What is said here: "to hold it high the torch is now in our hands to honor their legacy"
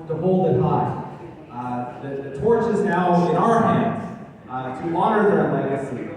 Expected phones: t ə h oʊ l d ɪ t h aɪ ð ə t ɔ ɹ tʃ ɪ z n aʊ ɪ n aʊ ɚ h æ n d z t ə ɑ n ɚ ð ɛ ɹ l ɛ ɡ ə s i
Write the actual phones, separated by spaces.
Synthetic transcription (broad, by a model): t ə h oʊ l d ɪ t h aɪ ð ə t ɔ ɹ tʃ ɪ z n aʊ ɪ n aʊ ɚ h æ n d z t ə ɑ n ɚ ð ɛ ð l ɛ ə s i